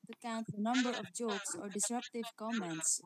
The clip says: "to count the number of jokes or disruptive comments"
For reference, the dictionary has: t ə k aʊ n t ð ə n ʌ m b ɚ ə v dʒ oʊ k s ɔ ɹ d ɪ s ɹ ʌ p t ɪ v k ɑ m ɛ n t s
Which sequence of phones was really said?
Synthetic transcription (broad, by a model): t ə k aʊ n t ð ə n ʌ m b ɚ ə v dʒ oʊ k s ɔ ɹ d ɪ s ɹ ʌ p t ɪ v k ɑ m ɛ n t s